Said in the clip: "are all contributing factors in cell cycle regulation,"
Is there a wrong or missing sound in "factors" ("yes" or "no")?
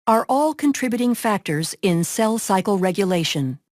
no